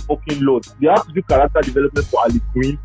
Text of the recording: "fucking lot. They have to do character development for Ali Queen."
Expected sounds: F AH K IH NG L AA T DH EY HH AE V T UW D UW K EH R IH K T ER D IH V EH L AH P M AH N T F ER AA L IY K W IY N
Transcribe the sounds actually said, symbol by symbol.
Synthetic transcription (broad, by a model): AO K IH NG L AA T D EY HH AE F T UW D UW K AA R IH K T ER D IH V EH L AH P M AH N T F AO AA L IY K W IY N